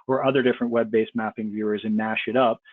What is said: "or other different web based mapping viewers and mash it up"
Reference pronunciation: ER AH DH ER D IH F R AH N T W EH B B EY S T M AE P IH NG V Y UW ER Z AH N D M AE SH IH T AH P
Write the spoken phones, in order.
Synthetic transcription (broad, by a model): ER AH DH ER D IH F R AH N T W EH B B EY S M AE P IH NG V Y UW ER Z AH N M AE SH IH T AH P